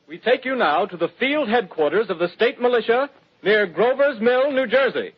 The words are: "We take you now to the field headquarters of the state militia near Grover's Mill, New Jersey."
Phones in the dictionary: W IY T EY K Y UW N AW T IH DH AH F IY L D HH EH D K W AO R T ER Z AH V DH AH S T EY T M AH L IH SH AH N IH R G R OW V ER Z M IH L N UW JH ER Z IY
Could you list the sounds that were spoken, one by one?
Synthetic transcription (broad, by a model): W IY T EY K Y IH N AW T IH DH AH F IY L D HH EH D K W AO R T ER Z AH V DH AH S T EY T M AH L IH SH AH N IH R G R OW V ER Z M IH L N UW JH ER Z IY